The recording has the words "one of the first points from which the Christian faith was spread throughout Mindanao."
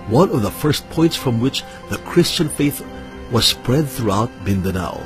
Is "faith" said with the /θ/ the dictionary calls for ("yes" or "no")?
yes